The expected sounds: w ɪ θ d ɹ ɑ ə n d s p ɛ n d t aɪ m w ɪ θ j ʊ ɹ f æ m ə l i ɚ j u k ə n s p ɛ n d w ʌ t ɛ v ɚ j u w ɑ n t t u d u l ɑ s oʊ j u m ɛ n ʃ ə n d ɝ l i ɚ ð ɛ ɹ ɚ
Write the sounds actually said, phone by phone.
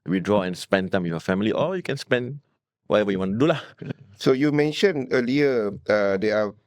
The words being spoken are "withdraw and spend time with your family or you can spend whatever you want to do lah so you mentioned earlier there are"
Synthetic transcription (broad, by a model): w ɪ d ɹ ɑ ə n s p ɛ n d t aɪ m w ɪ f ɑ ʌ f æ m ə l i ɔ j u k ə n s p ɛ n d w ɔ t ɛ v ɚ j u w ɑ n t t u d u l ɑ s oʊ j u m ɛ n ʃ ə n ɝ l i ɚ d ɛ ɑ